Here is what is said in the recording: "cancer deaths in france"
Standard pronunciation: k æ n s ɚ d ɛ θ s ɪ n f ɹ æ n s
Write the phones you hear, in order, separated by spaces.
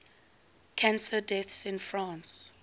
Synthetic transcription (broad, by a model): k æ n s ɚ d ɛ θ s ɪ n f ɹ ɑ n s